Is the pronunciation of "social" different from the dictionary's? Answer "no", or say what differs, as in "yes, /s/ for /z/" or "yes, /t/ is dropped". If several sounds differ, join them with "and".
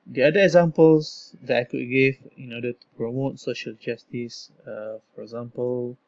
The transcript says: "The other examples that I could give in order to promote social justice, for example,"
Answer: no